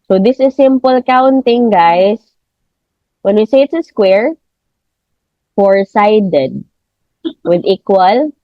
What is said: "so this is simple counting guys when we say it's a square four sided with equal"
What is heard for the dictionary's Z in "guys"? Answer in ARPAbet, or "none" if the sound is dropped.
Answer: S